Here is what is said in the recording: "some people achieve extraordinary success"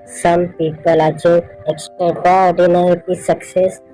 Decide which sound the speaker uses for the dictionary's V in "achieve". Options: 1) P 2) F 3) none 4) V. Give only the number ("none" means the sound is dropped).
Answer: 3